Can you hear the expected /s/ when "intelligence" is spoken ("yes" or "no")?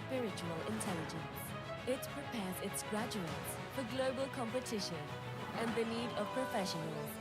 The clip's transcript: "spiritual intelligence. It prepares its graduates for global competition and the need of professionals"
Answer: yes